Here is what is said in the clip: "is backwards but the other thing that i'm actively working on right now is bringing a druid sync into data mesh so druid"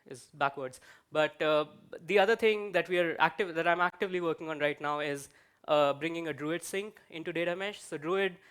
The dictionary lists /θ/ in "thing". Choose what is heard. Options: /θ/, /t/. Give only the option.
/t/